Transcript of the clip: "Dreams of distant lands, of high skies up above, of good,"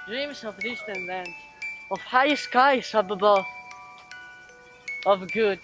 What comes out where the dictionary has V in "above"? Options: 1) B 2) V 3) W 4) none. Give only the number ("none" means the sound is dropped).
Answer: 4